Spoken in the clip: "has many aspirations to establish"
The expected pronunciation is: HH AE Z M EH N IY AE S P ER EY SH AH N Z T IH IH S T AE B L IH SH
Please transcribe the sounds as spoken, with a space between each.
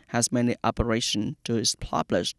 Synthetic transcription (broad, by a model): HH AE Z M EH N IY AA P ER EY SH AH N T IH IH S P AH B L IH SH